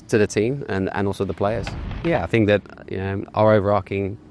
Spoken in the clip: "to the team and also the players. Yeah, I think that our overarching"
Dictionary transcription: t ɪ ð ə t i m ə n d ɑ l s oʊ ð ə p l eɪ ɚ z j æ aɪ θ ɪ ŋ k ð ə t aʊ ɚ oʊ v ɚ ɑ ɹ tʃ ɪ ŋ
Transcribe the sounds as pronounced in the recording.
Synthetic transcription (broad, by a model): t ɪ ð ə t i m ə n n ɑ l s oʊ ð ə p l eɪ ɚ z j æ aɪ θ ɪ ŋ k ð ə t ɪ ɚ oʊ v ɚ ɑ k ɪ ŋ